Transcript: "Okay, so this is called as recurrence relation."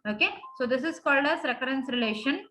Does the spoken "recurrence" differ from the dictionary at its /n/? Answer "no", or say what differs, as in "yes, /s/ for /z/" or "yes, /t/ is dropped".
no